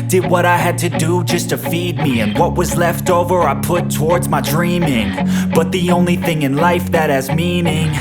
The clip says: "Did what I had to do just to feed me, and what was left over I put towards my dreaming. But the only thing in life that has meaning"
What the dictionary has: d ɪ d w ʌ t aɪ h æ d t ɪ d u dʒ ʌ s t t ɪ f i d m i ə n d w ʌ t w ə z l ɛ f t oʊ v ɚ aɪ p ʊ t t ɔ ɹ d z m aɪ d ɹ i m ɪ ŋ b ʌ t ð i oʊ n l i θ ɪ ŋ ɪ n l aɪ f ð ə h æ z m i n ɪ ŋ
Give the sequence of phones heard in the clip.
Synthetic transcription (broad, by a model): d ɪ d w ʌ t aɪ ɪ d t ɪ d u dʒ ʌ s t t ɪ f i d m i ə n w ʌ t w ə z l ɛ f t oʊ v ɚ aɪ p ʊ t t ɔ ɹ d z m aɪ d ɹ i m ɪ ŋ b ʌ t ð i oʊ n l i θ ɪ ŋ ɪ n l aɪ f ð ə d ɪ z m i n ɪ ŋ